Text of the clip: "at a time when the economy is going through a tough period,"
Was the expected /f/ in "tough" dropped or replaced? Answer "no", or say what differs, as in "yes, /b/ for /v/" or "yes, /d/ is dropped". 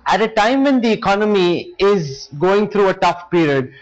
no